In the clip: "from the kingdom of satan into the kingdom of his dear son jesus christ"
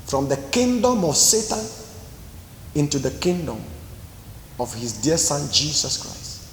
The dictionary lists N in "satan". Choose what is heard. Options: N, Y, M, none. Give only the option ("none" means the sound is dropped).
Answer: N